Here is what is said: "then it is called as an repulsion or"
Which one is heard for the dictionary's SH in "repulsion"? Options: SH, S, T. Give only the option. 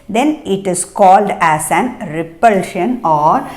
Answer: SH